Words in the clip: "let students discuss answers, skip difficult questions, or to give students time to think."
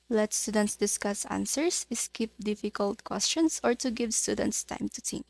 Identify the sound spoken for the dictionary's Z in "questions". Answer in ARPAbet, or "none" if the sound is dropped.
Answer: S